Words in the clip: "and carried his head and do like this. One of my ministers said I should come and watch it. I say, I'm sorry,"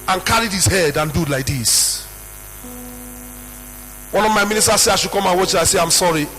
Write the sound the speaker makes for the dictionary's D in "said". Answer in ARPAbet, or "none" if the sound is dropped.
none